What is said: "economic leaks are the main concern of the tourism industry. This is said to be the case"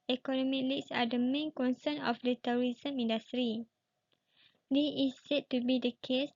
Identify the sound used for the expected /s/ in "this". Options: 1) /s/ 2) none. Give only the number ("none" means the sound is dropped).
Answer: 2